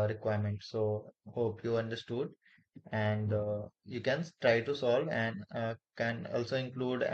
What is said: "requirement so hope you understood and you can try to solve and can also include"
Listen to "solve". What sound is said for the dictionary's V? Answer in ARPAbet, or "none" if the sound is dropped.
V